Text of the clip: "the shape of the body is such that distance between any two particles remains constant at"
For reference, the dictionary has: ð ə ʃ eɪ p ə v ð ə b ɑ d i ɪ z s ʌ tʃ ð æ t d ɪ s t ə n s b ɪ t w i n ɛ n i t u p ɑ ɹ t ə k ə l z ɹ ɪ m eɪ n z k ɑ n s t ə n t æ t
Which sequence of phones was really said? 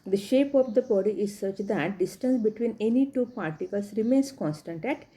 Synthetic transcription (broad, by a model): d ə ʃ eɪ p ə v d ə b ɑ d i ɪ z s ʌ tʃ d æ t d ɪ s t ə n s b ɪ t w i n ɛ n i t u p ɑ ɹ t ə k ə l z ɹ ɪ m eɪ n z k ɑ n s t ə n t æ t